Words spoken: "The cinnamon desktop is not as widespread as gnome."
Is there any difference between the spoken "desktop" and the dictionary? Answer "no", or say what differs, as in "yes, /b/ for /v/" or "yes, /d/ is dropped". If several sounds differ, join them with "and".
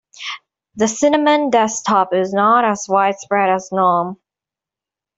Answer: yes, /k/ is dropped